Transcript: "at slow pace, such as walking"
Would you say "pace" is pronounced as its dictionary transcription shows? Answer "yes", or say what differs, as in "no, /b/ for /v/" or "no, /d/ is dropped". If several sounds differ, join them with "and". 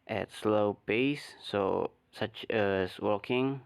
no, /b/ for /p/